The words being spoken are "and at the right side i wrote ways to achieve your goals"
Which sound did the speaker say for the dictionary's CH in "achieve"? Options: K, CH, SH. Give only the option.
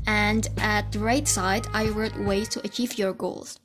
CH